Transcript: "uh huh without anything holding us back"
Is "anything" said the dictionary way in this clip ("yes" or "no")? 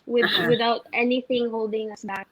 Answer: yes